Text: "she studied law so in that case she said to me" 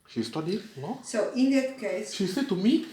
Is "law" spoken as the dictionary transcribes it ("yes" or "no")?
no